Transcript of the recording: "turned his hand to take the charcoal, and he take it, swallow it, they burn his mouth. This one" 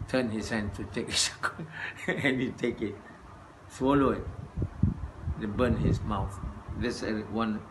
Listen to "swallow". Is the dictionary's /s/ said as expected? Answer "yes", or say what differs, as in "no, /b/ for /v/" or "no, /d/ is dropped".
yes